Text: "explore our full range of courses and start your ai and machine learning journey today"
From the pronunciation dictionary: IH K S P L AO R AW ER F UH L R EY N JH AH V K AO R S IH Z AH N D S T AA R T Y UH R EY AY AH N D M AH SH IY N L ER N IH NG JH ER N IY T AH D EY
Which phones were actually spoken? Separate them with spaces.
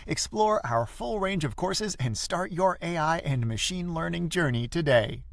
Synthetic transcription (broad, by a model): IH K S P L AO R AW ER F UH L R EY N JH AH V K AO R S IH Z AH N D S T AA R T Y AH R EY AY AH N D M AH SH IY N L ER N IH NG JH ER N IY T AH D EY